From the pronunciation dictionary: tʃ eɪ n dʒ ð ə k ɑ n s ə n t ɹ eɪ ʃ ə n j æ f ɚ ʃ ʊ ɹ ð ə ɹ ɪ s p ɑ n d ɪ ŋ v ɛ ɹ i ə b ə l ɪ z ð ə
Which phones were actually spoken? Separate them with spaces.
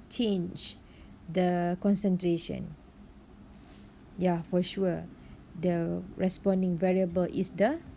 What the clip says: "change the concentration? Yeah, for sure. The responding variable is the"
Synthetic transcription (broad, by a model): tʃ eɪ n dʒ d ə k ɑ n s ə n t ɹ eɪ ʃ ə n j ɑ f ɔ ʃ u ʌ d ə ɹ ɪ s p ɑ n d ɪ ŋ v ɛ ɹ i ə b ə l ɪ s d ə